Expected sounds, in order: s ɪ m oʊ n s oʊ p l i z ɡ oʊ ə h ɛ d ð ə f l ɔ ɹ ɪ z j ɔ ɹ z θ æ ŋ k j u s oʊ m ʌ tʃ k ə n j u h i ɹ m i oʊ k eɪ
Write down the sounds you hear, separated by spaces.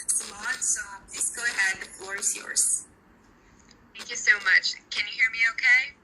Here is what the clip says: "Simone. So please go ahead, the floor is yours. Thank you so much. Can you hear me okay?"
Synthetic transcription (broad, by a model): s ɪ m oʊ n s oʊ p l i z ɡ oʊ ə h ɛ d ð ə f l ɔ ɹ ɪ z j ɔ ɹ z θ æ ŋ k j u s oʊ m ʌ tʃ k ə n j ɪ h i ɹ m i oʊ k eɪ